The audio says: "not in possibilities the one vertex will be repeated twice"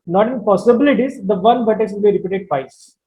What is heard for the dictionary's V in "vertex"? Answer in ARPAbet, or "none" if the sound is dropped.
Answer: B